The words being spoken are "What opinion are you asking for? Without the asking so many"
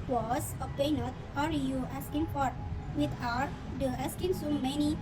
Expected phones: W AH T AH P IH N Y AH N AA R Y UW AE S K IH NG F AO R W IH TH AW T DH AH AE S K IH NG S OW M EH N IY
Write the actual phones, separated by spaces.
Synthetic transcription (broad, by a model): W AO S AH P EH N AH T AA R Y UW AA S K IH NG F AO R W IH T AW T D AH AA S K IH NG S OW M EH N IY